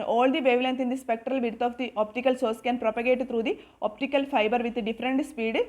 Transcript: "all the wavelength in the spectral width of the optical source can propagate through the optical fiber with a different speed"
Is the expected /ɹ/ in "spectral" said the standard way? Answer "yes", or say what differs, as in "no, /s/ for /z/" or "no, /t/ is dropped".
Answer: yes